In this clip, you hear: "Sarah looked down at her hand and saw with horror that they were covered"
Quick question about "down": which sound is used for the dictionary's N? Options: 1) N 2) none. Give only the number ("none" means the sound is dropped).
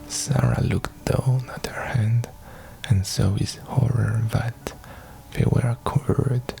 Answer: 1